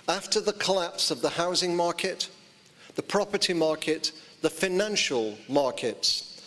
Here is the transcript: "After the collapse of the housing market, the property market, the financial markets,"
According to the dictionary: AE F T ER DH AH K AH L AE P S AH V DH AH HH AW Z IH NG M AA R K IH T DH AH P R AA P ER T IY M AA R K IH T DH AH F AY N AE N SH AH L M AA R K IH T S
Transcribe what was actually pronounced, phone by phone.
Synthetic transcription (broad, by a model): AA F T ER DH AH K AH L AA P S AH V DH AH HH AW Z IH NG M AA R K IH T DH AH P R AA P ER T IY M AA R K IH T DH AH F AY N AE N SH AH L M AA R K IH T S